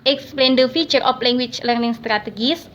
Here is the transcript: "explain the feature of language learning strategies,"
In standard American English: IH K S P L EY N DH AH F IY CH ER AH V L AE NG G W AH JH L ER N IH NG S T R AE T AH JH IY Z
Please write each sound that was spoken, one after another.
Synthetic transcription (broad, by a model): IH K S P L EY N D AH F IY CH ER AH P L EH NG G W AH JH L ER N IH NG S T R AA T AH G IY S